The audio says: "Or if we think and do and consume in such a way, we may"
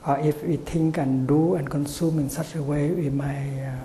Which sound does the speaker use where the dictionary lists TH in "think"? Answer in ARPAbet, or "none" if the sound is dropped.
T